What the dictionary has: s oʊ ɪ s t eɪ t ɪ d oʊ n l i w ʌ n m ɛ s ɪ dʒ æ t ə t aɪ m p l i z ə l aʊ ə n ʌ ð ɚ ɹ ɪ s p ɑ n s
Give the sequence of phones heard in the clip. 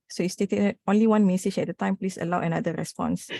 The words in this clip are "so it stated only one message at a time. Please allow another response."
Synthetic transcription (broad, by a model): s oʊ ɪ s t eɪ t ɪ oʊ n l i w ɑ n m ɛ s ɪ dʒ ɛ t ə t aɪ m p l i s ə l aʊ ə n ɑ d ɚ ɹ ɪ s p ɑ n s